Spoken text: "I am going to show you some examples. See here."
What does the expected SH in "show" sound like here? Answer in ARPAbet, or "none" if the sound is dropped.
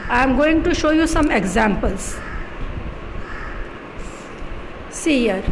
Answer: SH